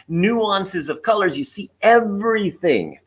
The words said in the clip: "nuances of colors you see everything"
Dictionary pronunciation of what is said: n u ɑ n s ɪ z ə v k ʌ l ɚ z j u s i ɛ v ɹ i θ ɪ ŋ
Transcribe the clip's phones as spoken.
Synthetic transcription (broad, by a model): n u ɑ n s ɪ z ə v k ʌ l ɚ z j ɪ s i ɛ v ɹ i θ ɪ ŋ